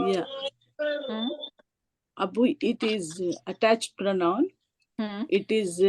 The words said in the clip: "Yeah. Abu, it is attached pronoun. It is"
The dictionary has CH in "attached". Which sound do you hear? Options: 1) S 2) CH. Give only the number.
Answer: 2